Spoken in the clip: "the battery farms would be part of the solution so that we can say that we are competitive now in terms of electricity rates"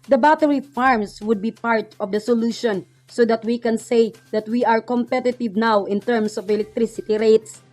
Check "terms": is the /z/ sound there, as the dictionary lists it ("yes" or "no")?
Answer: no